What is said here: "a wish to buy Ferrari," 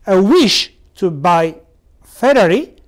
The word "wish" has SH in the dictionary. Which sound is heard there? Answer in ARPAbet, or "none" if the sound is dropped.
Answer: SH